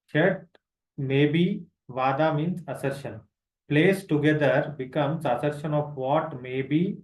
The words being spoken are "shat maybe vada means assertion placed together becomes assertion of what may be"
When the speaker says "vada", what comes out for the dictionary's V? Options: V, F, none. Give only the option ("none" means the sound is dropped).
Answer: V